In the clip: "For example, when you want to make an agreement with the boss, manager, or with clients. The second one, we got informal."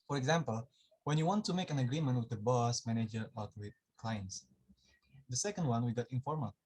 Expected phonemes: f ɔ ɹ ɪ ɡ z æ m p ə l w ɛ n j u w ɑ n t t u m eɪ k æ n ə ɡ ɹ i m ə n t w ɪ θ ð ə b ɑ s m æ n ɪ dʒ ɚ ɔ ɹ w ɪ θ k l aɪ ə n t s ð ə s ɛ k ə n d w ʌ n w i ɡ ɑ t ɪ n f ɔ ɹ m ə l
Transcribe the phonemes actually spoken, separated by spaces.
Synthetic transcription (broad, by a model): f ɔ ɹ ɪ ɡ z æ m p ə l w ɛ n j u w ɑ n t t u m eɪ k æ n ə ɡ ɹ i m ə n t w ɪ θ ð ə b ɑ s m æ n ɪ dʒ ɚ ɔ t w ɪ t k l aɪ ə n t s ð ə s ɛ k ə n d w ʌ n w i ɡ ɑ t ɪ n f ɔ ɹ m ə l